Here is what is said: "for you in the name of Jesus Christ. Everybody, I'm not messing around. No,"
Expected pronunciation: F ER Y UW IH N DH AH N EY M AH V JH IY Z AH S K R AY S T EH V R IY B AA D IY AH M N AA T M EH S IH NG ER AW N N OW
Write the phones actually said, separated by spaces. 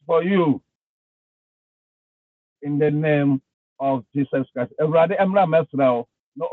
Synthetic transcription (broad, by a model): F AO Y UW IH N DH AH N EY M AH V JH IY S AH S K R AY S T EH R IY AA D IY AH M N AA M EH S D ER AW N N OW